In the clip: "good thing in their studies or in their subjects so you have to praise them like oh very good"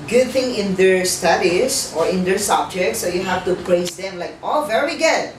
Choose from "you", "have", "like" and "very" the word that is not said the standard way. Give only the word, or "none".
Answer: have